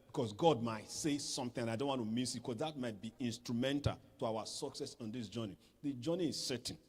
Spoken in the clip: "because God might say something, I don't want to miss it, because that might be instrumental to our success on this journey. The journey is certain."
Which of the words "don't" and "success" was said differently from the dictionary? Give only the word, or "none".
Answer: none